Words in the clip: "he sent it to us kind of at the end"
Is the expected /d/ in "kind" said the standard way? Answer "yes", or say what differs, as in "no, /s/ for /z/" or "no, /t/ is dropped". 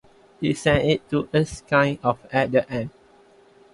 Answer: no, /d/ is dropped